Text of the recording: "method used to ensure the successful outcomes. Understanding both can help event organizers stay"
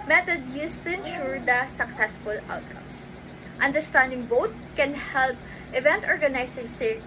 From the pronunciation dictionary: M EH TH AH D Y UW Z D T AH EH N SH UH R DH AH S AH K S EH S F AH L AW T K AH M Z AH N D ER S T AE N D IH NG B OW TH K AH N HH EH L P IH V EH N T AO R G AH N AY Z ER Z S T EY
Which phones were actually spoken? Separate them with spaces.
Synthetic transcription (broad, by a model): M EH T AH D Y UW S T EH N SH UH R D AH S AH K S EH S F AH L AW T K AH M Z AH N D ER S T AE N D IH NG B OW T K AH N HH EH L P IH V EH N T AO R G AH N AY S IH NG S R